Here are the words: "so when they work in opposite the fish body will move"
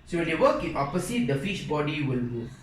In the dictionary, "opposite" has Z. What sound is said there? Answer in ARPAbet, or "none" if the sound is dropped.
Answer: S